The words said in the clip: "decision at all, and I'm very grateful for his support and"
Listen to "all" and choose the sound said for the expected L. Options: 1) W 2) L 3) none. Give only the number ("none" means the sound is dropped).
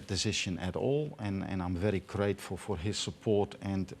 2